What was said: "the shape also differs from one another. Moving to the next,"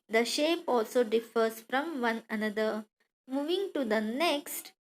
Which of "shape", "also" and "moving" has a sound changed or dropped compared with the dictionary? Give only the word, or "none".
none